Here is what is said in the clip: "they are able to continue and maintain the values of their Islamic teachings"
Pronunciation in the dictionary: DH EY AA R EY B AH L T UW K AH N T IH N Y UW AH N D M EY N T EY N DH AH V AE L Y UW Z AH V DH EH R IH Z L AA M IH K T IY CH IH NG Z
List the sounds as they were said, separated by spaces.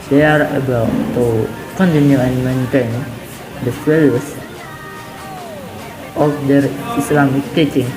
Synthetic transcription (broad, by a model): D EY AA R EY B AH L T UW K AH N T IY N Y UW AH N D M EY N T EY N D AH F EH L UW S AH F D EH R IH S L AA M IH K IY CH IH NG